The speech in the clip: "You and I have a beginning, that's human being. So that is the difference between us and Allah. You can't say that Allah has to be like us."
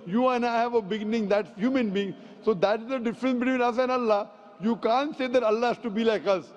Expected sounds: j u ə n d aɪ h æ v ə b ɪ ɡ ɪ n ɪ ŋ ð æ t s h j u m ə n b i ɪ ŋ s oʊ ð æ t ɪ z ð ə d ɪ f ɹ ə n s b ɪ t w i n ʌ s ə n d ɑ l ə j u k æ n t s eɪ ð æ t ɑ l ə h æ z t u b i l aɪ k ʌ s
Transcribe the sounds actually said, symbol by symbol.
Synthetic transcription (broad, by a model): j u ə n aɪ h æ v ə b ɪ ɡ ɪ n ɪ ŋ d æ t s h j u m ə n b i ɪ ŋ s oʊ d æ t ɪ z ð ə d ɪ f ɹ ə n s b ɪ t w i n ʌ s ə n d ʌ l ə j u k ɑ n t s eɪ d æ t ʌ l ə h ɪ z t u b i l aɪ k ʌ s